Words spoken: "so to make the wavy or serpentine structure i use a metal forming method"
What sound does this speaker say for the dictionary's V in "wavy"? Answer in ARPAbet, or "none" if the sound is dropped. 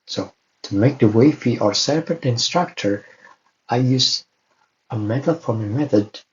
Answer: F